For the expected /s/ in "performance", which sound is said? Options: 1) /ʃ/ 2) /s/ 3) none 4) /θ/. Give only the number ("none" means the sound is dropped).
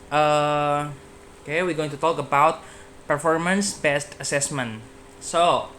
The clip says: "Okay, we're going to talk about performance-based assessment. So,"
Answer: 2